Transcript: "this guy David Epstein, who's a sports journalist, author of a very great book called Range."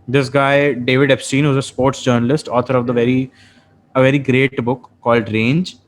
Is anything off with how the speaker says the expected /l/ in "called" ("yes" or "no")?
no